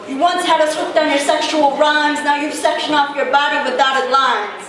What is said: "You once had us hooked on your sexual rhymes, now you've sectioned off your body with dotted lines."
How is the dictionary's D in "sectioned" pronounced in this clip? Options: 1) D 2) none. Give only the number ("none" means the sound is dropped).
2